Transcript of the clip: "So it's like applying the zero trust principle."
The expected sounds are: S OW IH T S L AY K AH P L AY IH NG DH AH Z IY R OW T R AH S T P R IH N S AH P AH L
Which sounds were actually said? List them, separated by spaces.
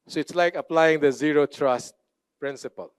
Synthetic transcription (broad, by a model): S OW IH T S L AY K AH P L AY IH NG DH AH Z IY R OW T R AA S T P R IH N S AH P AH L